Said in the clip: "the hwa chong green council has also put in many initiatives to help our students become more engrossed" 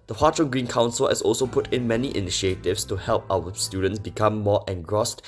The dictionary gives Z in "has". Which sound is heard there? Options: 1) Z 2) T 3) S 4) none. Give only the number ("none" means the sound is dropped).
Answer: 3